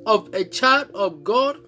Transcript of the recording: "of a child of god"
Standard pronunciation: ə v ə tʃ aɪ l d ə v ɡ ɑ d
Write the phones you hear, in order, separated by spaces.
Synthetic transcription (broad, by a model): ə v ə tʃ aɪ d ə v ɡ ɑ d